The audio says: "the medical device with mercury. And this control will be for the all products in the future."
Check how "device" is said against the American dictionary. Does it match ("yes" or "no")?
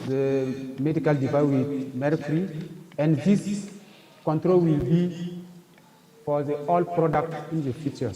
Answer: no